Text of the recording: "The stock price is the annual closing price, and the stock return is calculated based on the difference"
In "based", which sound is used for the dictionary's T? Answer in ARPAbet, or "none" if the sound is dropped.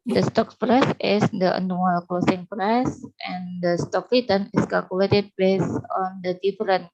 none